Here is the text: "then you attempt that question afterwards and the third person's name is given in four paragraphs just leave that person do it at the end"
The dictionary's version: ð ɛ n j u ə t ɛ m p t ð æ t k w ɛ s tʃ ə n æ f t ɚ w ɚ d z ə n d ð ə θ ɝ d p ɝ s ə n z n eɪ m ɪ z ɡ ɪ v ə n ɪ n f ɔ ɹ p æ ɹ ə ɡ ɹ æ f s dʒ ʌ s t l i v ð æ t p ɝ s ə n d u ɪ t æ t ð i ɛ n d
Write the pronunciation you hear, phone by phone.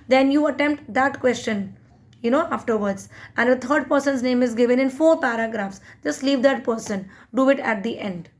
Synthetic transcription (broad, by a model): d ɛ n j u ə t ɛ m p t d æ t k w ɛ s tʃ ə n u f t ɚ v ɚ d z ə n d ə t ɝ d p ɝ s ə n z n eɪ m ɪ z ɡ ɪ v ə n ɪ n f ɔ ɹ p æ ɹ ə ɡ ɹ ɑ f s dʒ ʌ s t l i v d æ t p ɝ s ə n d u ɪ t æ t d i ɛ n d